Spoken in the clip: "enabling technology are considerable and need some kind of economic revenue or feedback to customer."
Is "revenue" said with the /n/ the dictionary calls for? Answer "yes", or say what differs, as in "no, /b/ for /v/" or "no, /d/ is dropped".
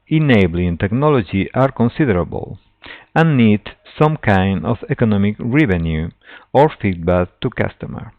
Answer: yes